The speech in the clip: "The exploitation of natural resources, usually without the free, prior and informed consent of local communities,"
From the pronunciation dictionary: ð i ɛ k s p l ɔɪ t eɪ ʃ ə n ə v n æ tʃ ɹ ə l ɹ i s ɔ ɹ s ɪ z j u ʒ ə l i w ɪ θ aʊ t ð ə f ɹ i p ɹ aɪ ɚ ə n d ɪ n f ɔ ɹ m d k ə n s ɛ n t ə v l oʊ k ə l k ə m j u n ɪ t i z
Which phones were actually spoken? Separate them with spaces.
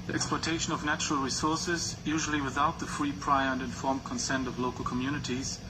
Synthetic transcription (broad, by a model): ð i ɛ k s p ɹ t eɪ ʃ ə n ə v n æ tʃ ɹ ə l ɹ i s ɔ ɹ s ɪ z j u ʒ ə l i w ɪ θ aʊ t ð ə f ɹ i p ɹ aɪ ɚ ə n d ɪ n f ɔ ɹ m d k ə n s ɛ n t ə v l oʊ k ə l k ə m j u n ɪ t i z